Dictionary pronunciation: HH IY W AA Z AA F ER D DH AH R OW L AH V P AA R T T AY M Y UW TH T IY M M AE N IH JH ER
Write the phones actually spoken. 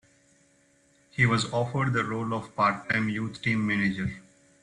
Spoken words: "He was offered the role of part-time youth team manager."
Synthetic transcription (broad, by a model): HH IY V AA Z AA F ER D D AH R OW L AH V P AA R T T AY M Y UW T T IY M M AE N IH JH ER